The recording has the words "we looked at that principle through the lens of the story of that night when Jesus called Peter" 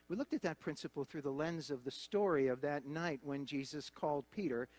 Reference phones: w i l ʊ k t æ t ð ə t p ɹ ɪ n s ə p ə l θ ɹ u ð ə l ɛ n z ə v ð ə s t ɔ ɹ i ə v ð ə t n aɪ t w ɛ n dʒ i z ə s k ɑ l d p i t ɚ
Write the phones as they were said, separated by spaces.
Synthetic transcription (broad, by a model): w i l ʊ k t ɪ t ð ə t p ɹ ɪ n s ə p l θ ɹ u ð ə l ɛ n z ə v ð ə s t ɔ ɹ i ə v ð ə t n aɪ t w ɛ n dʒ i z ə s k ɑ l d p i t ɚ